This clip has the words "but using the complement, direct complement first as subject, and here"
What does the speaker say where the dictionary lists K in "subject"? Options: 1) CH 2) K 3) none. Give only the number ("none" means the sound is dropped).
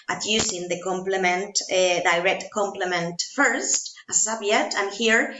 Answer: 3